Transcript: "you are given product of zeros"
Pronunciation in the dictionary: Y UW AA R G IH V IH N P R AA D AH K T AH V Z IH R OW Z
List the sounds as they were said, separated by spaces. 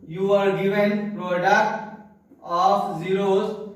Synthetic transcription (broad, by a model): Y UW AA R G IH V IH N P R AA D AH T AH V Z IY R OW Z